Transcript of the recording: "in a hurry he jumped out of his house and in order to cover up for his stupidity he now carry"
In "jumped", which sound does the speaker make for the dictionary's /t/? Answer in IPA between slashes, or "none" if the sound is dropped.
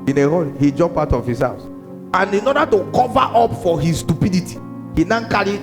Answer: none